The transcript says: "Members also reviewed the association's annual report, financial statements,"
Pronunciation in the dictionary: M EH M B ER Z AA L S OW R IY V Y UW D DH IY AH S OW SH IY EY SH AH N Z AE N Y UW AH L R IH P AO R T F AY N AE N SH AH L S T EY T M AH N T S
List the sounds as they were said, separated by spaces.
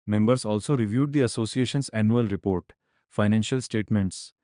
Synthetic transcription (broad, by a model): M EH M B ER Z AA L S OW R IY V Y UW D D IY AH S OW S IY EY SH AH N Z AE N Y UW AH L R IH P AO R T F AY N AE N SH AH L S T EY T M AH N T S